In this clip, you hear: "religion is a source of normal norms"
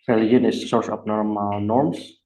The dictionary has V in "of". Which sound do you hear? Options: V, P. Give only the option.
P